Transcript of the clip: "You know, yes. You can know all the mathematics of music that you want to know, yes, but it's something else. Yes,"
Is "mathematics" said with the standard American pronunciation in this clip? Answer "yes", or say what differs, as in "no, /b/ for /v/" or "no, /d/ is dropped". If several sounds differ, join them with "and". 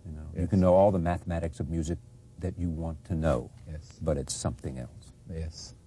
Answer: yes